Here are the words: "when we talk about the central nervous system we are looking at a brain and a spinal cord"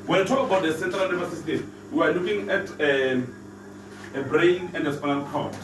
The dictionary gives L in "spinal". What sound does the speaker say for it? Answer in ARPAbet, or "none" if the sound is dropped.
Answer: N